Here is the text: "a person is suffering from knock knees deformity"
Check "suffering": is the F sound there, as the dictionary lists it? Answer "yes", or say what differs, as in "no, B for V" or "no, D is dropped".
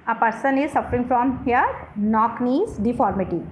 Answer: yes